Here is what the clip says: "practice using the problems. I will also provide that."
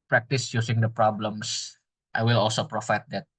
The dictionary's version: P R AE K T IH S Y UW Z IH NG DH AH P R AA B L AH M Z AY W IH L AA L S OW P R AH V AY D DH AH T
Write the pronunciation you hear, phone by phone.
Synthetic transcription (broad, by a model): P R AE K T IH S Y UW S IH NG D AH P R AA B L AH M S AY W IH L AA L S OW P R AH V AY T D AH T